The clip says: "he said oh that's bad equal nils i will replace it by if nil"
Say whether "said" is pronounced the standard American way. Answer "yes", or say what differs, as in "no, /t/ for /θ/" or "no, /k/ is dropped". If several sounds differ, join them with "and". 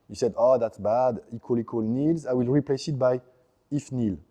yes